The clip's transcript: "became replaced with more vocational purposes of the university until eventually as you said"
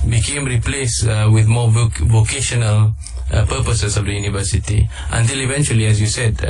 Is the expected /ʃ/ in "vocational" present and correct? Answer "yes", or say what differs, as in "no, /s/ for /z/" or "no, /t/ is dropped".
yes